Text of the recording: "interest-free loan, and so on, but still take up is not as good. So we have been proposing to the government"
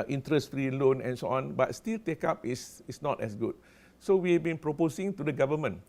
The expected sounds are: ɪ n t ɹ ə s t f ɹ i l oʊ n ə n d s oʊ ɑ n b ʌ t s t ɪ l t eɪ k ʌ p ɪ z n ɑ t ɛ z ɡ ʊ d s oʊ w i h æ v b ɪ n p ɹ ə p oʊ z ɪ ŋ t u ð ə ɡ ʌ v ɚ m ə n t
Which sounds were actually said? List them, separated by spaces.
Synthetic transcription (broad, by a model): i n t ɹ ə s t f ɹ i l oʊ n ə n s oʊ ɑ n b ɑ t s t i l t eɪ k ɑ p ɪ s n ɑ t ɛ s ɡ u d s oʊ w i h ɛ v b ɪ n p ɹ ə p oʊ s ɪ ŋ t u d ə ɡ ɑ v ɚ m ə n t